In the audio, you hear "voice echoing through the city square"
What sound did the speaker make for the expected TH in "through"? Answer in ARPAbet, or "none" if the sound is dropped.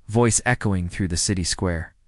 TH